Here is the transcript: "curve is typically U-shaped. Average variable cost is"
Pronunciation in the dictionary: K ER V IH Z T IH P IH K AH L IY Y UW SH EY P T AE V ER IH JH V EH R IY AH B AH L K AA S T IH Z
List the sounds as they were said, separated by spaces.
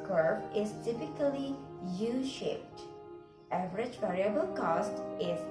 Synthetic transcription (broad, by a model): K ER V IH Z T IH P IH K AH L IY Y UW SH EY P T AE V ER IH JH V EH R IY AH B AH L K AA S T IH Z